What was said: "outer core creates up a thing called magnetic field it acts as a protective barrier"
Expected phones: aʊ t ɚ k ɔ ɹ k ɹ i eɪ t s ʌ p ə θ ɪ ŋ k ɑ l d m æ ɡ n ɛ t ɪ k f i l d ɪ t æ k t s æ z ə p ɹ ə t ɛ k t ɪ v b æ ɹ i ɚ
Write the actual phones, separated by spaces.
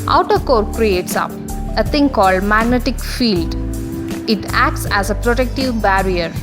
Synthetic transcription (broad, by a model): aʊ t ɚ k ɔ ɹ k ɹ i eɪ t s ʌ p ə t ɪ ŋ k ɑ l d m æ ɡ n ɛ t ɪ k f i l d ɪ t æ k t s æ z ə p ɹ ə t ɛ k t ɪ v b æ ɹ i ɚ